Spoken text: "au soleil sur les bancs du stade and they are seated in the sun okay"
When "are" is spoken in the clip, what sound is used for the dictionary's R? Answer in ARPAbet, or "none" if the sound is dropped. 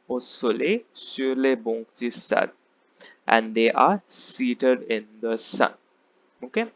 R